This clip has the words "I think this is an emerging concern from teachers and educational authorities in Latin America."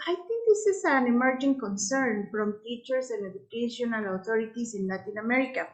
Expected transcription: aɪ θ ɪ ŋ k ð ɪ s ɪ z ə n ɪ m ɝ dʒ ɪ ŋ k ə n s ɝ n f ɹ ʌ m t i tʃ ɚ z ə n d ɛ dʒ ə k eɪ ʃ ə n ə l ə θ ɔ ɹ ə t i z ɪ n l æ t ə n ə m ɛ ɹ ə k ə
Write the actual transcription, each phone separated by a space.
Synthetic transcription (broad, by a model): aɪ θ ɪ ŋ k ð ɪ s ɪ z ə n ɪ m ɝ dʒ ɪ ŋ k ə n s ɝ n f ɹ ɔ m t i tʃ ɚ s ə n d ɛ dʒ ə k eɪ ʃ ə n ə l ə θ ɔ ɹ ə t i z ɪ n l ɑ t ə n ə m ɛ ɹ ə k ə